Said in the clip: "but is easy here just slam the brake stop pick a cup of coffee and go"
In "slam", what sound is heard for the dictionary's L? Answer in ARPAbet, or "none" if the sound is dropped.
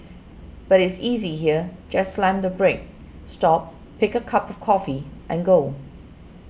L